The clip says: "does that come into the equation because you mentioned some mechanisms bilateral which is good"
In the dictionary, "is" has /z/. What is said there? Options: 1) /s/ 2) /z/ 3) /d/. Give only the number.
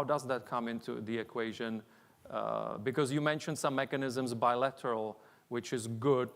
2